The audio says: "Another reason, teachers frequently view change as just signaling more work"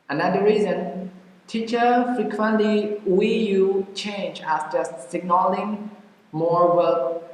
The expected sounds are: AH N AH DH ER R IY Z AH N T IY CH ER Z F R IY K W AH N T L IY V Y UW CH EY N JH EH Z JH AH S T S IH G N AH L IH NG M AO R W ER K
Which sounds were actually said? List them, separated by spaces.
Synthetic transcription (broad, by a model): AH N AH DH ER R IY Z AH N T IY CH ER F R IY K W AH N T L IY W Y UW CH EY N JH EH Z JH AH S T S IH G N AH L IH NG M AO R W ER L